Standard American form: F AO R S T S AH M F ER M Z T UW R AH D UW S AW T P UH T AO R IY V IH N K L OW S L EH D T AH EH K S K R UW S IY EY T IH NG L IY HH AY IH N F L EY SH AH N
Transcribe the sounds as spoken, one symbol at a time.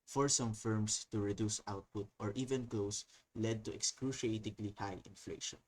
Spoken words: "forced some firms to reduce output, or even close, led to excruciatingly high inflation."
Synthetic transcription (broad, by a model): F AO R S S AH M F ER M S T UW R AH D UW S AW T P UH T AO R IY V IH N K L OW S L EH D T AH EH K S K R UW SH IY EY T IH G L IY HH AY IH N F L EY SH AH N